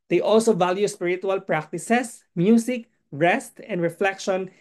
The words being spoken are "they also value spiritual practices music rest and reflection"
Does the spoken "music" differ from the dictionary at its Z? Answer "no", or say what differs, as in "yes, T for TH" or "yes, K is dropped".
yes, S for Z